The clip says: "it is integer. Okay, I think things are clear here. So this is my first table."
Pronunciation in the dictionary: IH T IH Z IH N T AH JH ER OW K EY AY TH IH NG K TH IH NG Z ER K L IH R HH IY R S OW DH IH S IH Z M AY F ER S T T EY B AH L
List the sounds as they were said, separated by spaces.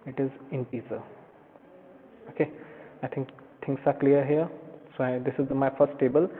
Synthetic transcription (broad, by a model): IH T IH Z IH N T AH Z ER OW K EY AY T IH NG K T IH NG S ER K L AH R HH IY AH S OW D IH S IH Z M AY F ER S T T EY B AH L